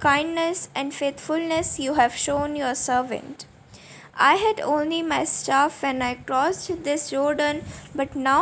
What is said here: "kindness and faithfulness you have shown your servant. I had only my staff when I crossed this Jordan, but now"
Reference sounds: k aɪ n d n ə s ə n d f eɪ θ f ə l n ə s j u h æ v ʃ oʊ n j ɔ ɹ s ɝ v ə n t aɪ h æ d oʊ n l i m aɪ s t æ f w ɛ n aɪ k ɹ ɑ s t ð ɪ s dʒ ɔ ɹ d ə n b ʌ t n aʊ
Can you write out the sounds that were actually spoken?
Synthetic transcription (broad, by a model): k aɪ n d n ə s ə n d f eɪ t f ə l n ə s j u h æ v ʃ oʊ n j ɔ ɹ s ɝ v ə n t aɪ h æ d oʊ n l i m aɪ s t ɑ f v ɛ n aɪ k ɹ ɑ s t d ɪ s dʒ ɔ ɹ d ə n b ʌ t n aʊ